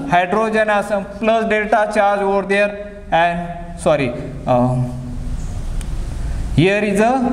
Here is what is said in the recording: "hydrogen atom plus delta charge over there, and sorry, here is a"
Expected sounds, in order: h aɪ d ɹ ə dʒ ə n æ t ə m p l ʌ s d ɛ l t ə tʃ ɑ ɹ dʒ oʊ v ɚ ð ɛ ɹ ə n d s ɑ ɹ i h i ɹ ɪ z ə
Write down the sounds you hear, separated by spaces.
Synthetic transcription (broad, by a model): h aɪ d ɹ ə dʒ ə n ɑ s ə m p l ʌ s d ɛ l t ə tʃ ɑ ɹ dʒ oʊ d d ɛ ɹ ə n d s ɑ ɹ i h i ɹ ɪ z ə